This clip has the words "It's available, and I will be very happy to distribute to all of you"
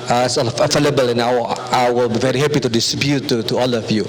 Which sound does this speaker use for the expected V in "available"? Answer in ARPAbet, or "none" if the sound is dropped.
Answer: F